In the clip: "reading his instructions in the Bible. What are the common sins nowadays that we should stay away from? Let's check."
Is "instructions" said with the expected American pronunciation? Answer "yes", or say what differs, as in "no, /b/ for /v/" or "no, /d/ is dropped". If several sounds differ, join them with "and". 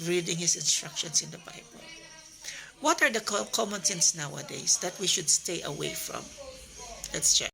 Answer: no, /s/ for /z/